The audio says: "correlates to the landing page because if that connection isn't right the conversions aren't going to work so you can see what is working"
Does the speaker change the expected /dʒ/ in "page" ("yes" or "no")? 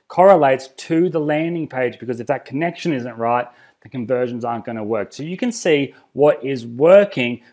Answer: no